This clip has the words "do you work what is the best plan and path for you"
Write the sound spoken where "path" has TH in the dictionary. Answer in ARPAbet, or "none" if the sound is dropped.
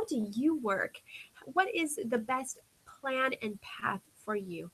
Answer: TH